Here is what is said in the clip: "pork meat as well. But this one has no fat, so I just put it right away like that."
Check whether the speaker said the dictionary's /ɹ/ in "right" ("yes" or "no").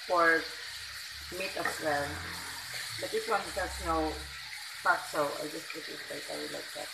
no